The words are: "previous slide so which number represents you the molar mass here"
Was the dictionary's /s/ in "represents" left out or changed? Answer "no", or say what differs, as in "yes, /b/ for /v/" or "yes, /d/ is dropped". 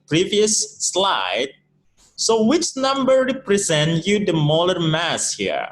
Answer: yes, /s/ is dropped